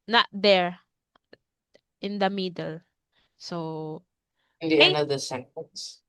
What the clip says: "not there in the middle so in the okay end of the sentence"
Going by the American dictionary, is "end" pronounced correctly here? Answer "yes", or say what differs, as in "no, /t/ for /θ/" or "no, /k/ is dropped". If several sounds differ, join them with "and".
no, /d/ is dropped